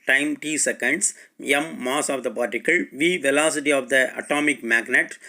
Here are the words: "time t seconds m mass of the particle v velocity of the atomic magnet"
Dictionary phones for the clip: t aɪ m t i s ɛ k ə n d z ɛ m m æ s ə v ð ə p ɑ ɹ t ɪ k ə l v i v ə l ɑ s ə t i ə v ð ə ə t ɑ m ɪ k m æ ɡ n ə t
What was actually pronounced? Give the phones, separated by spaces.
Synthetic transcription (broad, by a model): t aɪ m t i s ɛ k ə n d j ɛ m m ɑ s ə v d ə p ɑ ɹ t ɪ k ə l v i v ə l ɑ s ə t i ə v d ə ə t ɑ m ɪ k m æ ɡ n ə t